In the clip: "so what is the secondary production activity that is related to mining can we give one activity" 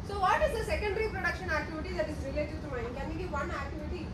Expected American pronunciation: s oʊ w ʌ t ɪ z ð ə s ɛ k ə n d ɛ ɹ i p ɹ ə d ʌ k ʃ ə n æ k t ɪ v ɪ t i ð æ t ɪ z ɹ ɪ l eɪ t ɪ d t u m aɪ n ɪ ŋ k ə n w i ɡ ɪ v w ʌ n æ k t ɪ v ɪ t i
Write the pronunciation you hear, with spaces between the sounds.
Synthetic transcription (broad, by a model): s oʊ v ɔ t ɪ z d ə s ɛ k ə n d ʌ ɹ i p ɹ ə d ʌ k ʃ ə n æ k t ɪ v ɪ t i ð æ t ɪ z ɹ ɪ l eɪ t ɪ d t u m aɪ ɪ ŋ k ə n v i ɡ ɪ v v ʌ n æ k t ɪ v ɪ t i